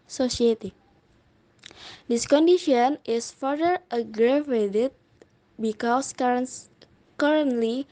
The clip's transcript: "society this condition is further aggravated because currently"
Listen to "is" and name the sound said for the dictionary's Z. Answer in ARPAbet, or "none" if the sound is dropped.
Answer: S